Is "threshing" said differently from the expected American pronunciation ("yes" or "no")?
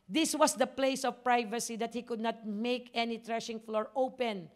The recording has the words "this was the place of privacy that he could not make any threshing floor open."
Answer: yes